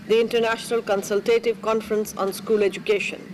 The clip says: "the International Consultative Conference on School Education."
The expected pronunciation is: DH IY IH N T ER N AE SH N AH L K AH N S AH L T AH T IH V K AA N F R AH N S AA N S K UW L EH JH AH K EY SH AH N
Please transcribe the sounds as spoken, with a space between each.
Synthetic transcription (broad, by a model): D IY IH N T ER N AE SH N AH L K AH N S AH L T AH T IH V K AA N F R AH N S AA N S K UW L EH JH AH K EY SH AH N